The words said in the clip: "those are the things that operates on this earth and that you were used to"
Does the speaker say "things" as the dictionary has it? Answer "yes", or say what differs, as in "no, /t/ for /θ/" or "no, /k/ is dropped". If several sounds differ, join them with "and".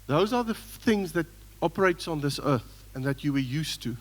yes